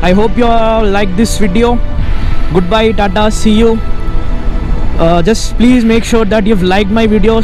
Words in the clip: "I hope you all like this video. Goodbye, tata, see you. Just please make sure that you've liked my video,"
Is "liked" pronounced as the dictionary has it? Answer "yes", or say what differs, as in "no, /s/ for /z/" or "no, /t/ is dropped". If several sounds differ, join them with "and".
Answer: yes